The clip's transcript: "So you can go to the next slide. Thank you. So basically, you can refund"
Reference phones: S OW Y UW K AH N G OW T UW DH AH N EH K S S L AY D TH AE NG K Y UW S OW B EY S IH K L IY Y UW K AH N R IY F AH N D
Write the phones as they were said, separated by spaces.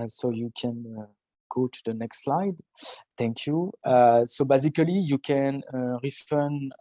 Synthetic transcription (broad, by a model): S OW Y UW K AH N G OW T UW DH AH N EH K S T L AY D T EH NG K Y UW S OW B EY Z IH K L IY Y UW K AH N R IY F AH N